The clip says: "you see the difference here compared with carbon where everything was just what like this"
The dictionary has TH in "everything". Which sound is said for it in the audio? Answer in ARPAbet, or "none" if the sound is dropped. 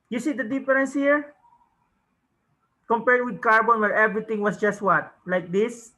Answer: T